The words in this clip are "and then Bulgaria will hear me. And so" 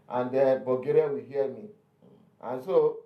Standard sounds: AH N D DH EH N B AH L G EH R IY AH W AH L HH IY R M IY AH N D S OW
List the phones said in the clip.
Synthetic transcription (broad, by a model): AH N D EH B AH G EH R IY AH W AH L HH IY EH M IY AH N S OW